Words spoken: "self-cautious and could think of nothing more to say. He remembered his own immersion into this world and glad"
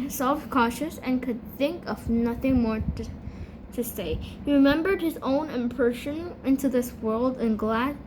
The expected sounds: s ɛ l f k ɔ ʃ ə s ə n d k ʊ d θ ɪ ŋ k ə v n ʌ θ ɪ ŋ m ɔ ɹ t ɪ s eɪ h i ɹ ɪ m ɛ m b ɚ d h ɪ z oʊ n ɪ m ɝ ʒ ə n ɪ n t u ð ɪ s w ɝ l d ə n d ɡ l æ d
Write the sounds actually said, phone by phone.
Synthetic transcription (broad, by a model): s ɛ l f k ɔ ʃ ə s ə n k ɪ d θ ɪ ŋ k ə v n ʌ θ ɪ ŋ m ɔ ɹ t ɪ s eɪ h i ɹ ɪ m ɛ m b ɚ d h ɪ z oʊ n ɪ m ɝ ʃ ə n ɪ n t u ð ɪ s w ɝ l d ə n ɡ l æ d